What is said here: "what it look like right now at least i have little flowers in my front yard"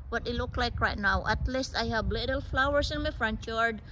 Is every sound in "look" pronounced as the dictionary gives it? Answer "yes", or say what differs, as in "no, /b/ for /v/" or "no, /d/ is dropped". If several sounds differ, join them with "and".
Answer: yes